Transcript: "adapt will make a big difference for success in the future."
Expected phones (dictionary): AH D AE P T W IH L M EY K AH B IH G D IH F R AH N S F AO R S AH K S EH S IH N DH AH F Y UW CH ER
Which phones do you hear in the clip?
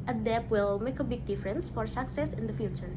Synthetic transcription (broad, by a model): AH D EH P W IH L M EY K AH B IH G D IH F R AH N S F AO R S AH K S EH S IH N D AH F Y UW CH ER